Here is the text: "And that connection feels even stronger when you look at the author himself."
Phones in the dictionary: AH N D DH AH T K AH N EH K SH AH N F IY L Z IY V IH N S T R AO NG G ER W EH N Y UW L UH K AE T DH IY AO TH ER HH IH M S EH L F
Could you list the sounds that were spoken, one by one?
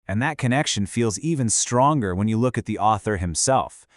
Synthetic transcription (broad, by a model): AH N DH AH T K AH N EH K SH AH N F IY L Z IY V IH N S T R AO NG G ER W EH N Y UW L UH K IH T DH IY AO TH ER HH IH M S EH L F